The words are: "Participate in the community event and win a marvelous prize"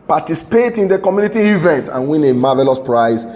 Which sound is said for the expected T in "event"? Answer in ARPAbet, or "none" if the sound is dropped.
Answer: T